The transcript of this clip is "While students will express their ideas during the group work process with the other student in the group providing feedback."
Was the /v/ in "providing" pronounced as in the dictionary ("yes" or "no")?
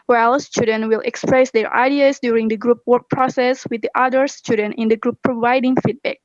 yes